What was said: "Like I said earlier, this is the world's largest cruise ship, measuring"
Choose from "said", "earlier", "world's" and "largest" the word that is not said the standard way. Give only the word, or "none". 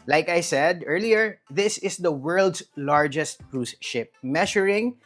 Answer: world's